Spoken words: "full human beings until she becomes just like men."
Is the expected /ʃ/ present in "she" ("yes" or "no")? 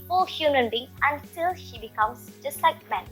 yes